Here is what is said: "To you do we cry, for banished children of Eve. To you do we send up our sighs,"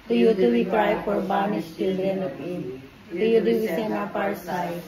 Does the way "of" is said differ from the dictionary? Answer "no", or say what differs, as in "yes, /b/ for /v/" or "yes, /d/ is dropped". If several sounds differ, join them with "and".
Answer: yes, /p/ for /v/